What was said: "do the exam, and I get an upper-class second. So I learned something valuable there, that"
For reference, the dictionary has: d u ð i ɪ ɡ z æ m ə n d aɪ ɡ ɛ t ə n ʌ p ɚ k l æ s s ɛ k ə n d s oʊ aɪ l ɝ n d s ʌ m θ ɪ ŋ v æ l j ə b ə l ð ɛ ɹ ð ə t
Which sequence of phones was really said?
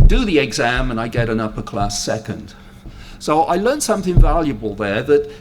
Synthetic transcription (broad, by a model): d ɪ ð i ɪ ɡ z æ m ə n aɪ ɡ ɛ t ə n ʌ p ɚ k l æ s s ɛ k ə n d s oʊ aɪ l ɝ n s ʌ m θ ɪ ŋ v æ l j ə b ə l ð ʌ ɹ ð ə t